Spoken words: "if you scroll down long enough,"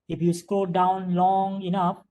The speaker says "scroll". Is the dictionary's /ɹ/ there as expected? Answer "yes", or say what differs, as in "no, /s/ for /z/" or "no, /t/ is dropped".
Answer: no, /ɹ/ is dropped